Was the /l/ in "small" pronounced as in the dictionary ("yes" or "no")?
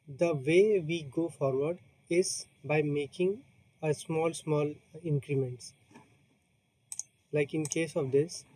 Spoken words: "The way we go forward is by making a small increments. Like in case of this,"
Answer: yes